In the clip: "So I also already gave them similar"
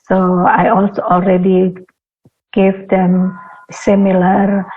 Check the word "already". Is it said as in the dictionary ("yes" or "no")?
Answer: yes